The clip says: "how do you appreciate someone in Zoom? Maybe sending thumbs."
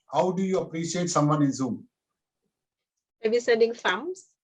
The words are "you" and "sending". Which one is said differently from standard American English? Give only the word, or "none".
sending